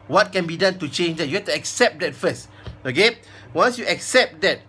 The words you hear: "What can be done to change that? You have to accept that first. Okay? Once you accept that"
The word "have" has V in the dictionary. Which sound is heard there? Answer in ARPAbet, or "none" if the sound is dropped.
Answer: F